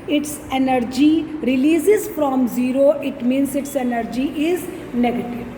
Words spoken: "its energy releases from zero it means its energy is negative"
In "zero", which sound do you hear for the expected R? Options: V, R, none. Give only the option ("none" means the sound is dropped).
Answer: R